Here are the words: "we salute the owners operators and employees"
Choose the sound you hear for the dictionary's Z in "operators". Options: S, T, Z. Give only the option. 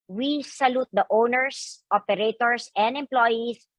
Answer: S